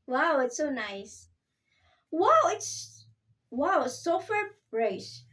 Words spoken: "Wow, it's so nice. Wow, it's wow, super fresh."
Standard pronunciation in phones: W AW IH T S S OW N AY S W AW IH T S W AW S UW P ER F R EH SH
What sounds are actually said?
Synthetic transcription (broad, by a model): W AW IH T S S OW N AY S W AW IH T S W AW S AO F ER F R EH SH